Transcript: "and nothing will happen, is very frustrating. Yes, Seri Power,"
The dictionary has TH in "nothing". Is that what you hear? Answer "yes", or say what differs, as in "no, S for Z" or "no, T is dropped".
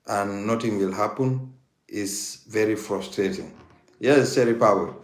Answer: no, T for TH